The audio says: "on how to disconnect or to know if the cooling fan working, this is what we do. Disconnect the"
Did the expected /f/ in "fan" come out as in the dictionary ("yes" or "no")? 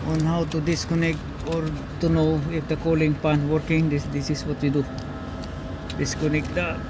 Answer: no